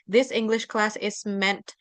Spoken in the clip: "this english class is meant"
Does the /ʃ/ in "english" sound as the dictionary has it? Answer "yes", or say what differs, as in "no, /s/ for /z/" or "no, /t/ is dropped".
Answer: yes